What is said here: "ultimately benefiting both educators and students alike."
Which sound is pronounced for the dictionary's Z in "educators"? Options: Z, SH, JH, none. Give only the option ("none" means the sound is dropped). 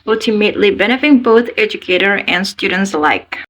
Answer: none